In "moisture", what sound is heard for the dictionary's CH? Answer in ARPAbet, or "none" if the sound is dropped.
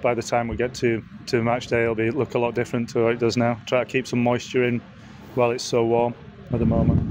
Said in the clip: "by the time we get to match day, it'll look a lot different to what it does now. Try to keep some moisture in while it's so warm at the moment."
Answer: CH